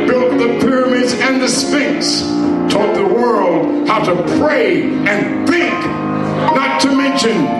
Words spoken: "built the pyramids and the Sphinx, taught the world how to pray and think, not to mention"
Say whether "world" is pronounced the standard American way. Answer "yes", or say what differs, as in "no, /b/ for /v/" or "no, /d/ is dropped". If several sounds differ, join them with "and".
yes